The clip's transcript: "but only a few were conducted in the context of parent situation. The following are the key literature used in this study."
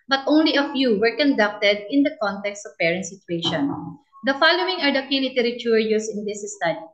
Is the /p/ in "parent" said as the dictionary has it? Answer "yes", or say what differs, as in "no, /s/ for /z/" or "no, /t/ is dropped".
yes